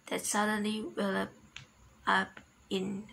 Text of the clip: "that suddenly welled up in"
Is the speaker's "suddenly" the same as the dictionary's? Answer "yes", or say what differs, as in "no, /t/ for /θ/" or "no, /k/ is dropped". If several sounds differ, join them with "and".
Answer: yes